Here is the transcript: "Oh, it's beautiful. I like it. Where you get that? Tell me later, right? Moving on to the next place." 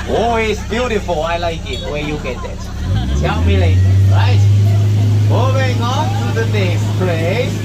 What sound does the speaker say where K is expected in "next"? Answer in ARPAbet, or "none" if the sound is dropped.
none